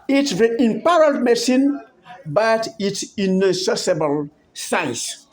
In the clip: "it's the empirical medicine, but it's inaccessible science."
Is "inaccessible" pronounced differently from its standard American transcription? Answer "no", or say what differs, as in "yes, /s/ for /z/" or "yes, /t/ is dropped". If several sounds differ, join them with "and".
yes, /k/ is dropped